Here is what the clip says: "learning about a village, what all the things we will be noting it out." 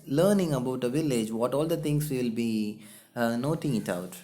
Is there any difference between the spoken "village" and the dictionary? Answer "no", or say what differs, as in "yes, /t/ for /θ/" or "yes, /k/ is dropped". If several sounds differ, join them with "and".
no